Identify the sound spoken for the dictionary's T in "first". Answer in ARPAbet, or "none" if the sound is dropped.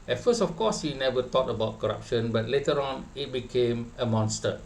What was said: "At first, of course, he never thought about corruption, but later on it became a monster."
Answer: none